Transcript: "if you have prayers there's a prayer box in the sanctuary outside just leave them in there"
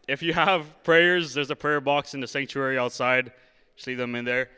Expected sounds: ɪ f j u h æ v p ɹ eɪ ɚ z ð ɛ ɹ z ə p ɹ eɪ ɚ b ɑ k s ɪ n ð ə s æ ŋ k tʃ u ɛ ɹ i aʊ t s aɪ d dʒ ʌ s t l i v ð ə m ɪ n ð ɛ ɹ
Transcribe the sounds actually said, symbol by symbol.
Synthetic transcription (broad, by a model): ɪ f j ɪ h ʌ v p ɹ eɪ ɚ z ð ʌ ɹ z ə p ɹ eɪ ɚ b ɑ k s ɪ n ð ə s æ ŋ k tʃ u ɛ ɹ i aʊ t s aɪ d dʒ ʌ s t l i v ð ə m ɪ n ð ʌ ɹ